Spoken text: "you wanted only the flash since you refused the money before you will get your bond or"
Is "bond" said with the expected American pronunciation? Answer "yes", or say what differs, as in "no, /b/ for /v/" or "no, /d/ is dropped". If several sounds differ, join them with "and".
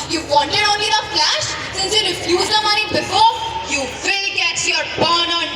no, /d/ is dropped